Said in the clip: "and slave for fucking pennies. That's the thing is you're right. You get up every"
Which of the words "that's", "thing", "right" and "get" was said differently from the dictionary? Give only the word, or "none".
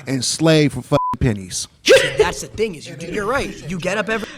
none